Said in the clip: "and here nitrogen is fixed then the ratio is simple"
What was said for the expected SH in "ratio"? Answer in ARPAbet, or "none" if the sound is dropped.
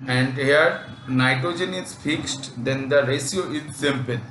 S